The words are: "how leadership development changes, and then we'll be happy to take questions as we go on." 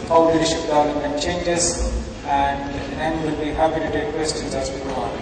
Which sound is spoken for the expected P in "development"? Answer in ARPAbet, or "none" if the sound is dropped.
none